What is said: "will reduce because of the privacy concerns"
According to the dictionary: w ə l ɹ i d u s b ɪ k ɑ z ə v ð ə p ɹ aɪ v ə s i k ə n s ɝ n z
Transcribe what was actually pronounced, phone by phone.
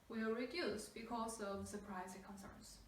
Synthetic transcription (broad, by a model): w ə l ɹ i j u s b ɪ k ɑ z ə v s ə p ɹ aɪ ə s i k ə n s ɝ n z